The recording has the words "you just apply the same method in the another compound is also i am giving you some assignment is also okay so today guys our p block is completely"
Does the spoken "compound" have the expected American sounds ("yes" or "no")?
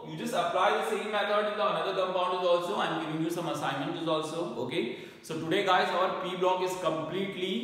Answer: no